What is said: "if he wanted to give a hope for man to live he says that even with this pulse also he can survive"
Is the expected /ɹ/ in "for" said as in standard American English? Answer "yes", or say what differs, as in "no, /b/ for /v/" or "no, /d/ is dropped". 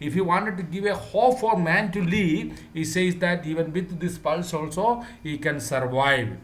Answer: no, /l/ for /ɹ/